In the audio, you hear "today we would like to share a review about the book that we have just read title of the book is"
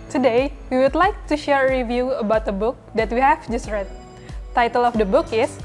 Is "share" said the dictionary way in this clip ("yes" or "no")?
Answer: yes